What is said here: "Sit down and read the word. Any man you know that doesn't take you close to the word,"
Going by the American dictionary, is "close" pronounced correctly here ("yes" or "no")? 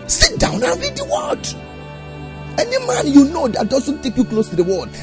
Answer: yes